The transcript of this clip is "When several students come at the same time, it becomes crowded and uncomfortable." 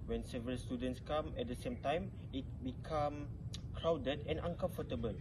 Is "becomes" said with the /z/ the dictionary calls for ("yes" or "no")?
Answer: no